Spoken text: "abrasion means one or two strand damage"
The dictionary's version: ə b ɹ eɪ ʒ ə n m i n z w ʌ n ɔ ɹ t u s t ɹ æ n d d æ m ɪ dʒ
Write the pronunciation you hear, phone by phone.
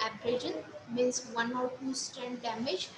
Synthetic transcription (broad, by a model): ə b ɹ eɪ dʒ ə n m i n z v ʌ n ɔ ɹ t u s t æ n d d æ m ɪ dʒ